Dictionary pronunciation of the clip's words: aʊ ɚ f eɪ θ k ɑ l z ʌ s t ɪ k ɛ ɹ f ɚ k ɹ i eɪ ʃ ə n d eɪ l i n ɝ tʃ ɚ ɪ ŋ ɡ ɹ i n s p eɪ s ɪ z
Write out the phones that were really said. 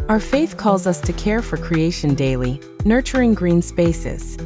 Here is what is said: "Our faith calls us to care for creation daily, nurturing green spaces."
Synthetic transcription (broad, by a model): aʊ ɚ f eɪ θ k ɑ l z ʌ s t ɪ k ɛ ɹ f ɚ k ɹ i eɪ ʃ ə n d eɪ l i n ɝ tʃ ɚ ɪ ŋ ɡ ɹ i n s p eɪ s ɪ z